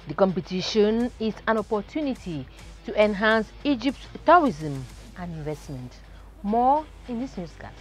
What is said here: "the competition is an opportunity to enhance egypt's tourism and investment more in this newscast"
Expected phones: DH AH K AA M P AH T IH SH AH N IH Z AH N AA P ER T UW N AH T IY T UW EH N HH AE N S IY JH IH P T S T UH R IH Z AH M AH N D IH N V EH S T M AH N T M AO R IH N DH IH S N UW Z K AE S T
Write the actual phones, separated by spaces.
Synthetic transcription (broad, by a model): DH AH K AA M P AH T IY SH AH N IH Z AH N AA P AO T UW N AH T IY T UW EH N HH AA N S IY JH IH P T T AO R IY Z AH M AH N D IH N V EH S T M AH N T M AO IH N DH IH S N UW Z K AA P